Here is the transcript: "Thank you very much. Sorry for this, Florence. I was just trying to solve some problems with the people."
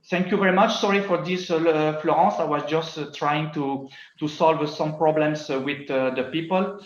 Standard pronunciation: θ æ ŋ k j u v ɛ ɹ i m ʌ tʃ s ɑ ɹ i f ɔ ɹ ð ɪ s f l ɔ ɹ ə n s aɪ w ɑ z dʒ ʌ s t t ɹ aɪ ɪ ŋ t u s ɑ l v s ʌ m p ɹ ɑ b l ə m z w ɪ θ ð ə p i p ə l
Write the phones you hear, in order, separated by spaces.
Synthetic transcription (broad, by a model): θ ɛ ŋ k j u v ɛ ɹ i m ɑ tʃ s ɑ ɹ i f ɔ ɹ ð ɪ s f l ɔ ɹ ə s aɪ w ɑ z dʒ ʌ s t t ɹ aɪ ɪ ŋ t u s ɑ l v s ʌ m p ɹ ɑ b l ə m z w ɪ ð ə p i p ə l